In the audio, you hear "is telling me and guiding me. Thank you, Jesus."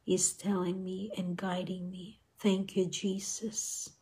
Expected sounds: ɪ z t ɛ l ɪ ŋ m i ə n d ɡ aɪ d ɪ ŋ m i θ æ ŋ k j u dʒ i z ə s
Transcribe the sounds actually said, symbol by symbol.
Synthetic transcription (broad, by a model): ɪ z t ɛ l ɪ ŋ m i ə n ɡ aɪ d ɪ ŋ m i θ æ ŋ k j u dʒ i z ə s